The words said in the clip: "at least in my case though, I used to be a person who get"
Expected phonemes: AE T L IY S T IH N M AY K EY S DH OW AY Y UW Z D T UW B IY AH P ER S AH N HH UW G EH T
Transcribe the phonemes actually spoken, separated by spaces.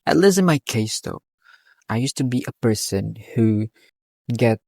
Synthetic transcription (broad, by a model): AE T L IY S IH N M AY K EY S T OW AY Y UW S T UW B IY AH P ER S AH N HH UW G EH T